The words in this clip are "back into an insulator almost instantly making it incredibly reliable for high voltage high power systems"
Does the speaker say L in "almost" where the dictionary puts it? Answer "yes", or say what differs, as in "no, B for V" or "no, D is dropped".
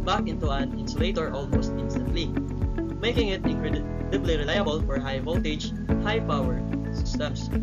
yes